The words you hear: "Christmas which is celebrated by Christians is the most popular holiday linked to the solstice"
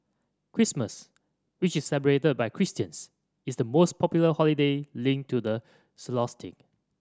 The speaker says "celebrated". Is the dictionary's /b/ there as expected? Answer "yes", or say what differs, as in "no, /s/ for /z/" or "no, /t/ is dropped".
no, /b/ is dropped